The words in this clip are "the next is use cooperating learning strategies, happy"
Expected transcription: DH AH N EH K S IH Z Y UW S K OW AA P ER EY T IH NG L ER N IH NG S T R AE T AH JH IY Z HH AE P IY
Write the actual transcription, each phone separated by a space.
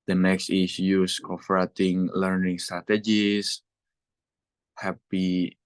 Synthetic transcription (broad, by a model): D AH N EH K S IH S Y UW S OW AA F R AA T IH NG L ER N IH NG S T R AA T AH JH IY S HH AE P IY